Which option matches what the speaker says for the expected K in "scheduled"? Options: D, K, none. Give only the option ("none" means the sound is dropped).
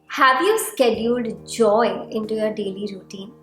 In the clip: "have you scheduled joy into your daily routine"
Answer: K